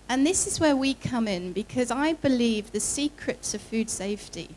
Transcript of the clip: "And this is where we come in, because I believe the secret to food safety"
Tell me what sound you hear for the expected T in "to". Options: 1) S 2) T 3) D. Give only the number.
1